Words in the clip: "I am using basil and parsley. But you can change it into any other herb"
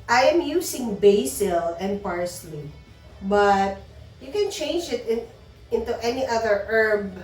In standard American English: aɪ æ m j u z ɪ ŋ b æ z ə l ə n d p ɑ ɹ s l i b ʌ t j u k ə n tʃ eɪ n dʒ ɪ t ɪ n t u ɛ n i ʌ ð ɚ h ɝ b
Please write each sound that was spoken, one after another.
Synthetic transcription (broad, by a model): aɪ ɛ m j u s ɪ ŋ b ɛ s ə l ə n d p ɑ ɹ s l i b ʌ t j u k ə n tʃ eɪ n dʒ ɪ t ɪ n t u ɛ n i ʌ ð ɚ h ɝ b